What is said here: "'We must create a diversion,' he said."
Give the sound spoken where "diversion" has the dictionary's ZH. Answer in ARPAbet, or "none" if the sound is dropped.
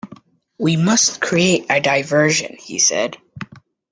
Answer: ZH